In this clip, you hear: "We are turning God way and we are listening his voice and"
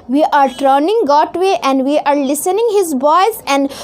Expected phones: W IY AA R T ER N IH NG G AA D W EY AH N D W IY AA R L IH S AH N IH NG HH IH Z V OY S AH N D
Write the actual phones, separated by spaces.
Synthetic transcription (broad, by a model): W IY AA R T ER N IH NG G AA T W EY AH N D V IY AA R L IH S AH N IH NG HH IH Z B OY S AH N D